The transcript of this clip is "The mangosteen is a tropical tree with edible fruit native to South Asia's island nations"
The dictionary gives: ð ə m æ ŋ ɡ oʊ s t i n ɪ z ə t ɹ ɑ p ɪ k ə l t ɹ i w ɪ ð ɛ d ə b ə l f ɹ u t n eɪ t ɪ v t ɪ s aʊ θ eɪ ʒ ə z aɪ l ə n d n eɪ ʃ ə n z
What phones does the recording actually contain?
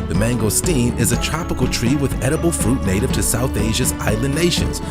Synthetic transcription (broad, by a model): ð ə m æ ŋ ɡ oʊ s t i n ɪ z ə t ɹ ɑ p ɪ k l t ɹ i w ɪ ð ɛ d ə b l f ɹ u t n eɪ t ɪ v t ɪ s aʊ θ eɪ ʒ ə z aɪ l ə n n eɪ ʃ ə n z